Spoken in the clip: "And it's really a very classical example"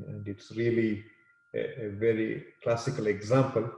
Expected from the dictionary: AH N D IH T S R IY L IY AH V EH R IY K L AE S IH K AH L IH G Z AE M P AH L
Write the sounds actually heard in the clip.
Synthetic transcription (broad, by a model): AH N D IH T S R IY L IY AH V EH R IY K L AE S IH K AH L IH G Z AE M P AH L